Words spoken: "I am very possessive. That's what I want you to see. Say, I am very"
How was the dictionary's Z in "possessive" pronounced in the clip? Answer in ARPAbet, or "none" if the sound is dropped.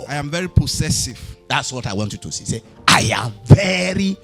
S